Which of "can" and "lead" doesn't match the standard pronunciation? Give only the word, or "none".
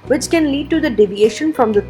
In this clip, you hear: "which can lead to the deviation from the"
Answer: none